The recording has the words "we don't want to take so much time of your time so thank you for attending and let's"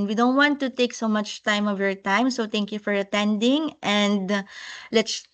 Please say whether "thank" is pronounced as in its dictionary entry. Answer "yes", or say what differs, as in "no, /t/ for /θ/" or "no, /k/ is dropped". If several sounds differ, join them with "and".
no, /t/ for /θ/